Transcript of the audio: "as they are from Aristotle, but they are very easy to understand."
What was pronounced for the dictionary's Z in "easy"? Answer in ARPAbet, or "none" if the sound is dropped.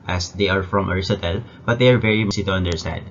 S